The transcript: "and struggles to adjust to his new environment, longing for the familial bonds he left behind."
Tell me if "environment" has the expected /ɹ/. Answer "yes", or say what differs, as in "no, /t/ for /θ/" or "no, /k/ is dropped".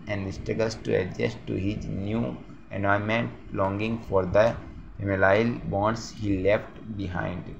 no, /ɹ/ is dropped